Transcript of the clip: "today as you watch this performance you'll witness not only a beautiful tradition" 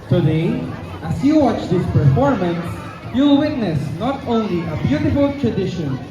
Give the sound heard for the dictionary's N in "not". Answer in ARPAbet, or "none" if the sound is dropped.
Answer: N